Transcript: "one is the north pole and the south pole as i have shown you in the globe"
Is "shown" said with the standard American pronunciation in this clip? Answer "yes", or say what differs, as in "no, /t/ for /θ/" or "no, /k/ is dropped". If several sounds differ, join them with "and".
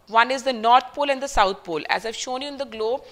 yes